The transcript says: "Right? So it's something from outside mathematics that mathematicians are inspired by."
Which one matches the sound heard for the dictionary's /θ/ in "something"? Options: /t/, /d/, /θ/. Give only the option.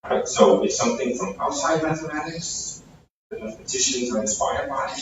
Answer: /θ/